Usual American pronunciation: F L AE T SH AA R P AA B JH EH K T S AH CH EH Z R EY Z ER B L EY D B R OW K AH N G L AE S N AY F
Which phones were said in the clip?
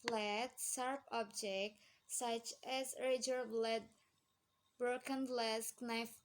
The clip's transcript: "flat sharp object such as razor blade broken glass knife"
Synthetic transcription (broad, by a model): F L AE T S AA R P AA B JH EH K T S AH CH EH Z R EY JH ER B L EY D B R OW K AH N L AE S N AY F